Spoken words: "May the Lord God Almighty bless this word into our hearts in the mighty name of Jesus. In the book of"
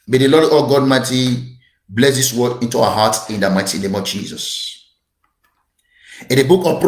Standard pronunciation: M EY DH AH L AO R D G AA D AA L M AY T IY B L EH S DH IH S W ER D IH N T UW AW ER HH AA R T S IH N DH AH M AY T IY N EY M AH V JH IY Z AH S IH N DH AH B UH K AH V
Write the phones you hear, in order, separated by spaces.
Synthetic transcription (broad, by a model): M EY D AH L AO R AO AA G AA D M AY T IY B L EH S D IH S W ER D IH N T UW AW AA HH AA T IH N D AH M AY T IY N EY M AH V JH IY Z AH S IH N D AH B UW K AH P